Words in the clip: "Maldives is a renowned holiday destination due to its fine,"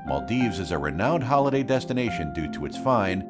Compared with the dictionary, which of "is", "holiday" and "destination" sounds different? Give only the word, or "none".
none